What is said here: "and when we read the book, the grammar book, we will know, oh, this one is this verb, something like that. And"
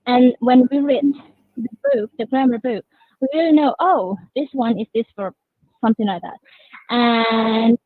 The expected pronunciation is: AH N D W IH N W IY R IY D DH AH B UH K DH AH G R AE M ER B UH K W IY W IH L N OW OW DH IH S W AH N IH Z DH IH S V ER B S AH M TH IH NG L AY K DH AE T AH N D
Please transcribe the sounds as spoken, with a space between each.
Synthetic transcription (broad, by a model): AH N W IH N W IY R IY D DH AH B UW K DH AH G R AE M ER B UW K W IY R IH L N OW OW DH IH S W AH N IH Z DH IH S F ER S AH M TH IH NG L AY K DH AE T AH N